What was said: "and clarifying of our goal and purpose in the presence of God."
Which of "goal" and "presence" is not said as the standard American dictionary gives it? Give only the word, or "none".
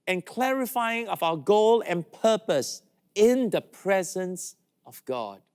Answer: none